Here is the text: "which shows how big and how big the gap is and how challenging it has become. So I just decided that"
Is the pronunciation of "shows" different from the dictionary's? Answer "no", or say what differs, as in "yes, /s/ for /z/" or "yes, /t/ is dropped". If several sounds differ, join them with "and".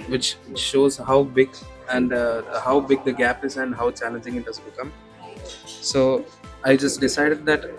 no